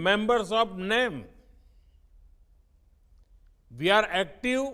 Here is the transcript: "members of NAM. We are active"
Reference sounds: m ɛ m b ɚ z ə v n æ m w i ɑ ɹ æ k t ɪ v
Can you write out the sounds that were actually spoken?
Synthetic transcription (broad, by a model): m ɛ m b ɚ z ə p n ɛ m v i ɑ ɹ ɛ k t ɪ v